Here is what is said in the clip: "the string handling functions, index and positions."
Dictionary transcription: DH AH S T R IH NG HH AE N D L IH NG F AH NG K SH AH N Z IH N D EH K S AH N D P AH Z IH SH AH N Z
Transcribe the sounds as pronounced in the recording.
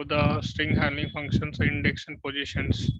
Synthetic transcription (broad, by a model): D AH S T R IH NG HH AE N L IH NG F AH NG K SH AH N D IH N D EH K S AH N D P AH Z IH SH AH N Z